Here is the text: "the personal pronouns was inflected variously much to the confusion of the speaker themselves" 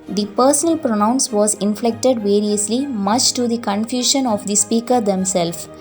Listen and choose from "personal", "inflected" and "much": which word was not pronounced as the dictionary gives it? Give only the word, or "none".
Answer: none